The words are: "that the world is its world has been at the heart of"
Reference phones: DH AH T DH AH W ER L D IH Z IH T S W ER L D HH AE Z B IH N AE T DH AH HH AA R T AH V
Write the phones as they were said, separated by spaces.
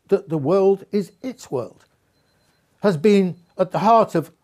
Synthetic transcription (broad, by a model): DH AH T DH AH W ER L D IH Z IH T S W ER L D HH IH Z B IH N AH T DH AH HH AA R T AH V